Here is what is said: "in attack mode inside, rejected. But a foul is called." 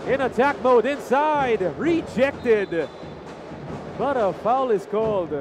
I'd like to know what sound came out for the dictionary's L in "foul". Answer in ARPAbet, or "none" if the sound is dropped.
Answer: L